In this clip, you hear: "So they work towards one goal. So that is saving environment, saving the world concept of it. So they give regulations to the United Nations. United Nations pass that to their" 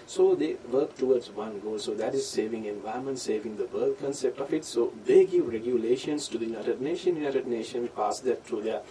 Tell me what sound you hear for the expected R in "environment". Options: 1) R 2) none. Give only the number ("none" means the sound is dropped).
2